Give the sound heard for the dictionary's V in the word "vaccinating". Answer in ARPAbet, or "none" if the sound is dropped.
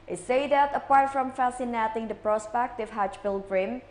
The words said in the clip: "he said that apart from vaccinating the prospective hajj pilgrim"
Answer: F